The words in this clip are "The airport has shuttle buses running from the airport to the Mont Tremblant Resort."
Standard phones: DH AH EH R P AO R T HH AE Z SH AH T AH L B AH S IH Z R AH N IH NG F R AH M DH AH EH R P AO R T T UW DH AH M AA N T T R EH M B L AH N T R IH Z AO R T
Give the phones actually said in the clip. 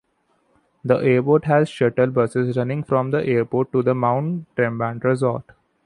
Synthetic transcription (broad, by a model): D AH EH R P AO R T HH AE Z SH AH T AH L B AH S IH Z R AH N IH NG F R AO M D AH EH R P AO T T UW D AH M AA N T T R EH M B AH N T R IH Z AO R T